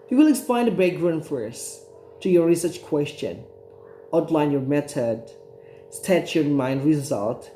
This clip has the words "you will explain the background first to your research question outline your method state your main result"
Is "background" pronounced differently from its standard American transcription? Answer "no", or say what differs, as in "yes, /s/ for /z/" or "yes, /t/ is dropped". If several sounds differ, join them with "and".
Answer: yes, /k/ is dropped